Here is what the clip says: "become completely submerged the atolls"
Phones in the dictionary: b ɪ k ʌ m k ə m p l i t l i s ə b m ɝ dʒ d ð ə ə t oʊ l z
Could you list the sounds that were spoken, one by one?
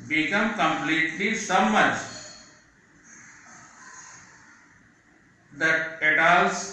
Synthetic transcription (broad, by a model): b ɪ k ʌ m k ə m p l i t l i s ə m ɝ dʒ d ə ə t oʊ l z